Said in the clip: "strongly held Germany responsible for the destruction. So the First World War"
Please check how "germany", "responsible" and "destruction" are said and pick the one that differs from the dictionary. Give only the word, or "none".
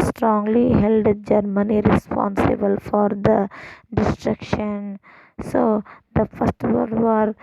none